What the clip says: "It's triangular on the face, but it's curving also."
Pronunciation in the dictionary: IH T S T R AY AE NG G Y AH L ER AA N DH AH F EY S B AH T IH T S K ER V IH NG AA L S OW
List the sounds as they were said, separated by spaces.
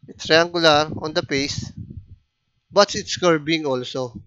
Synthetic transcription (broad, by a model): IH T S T R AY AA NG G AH L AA AA N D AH P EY S B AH T IH T S K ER B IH NG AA L S OW